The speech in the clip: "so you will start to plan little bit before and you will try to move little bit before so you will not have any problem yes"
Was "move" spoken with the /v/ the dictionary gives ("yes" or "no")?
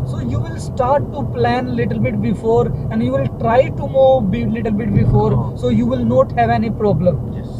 no